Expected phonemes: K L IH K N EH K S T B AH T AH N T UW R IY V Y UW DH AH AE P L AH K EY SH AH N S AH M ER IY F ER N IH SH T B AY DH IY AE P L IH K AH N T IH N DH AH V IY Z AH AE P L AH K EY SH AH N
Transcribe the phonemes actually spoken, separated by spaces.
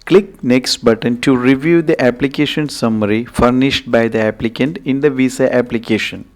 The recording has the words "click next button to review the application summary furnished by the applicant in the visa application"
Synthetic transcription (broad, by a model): K L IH K N EH K S T B AH T AH N T UW R IY V Y UW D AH AE P L AH K EY SH AH N S AH M ER IY F ER N IH SH T B AY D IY AE P L IH K AH N T IH N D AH V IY S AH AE P L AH K EY SH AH N